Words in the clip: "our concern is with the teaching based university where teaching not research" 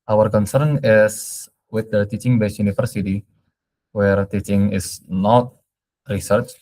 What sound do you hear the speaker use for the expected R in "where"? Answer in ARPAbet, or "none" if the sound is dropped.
R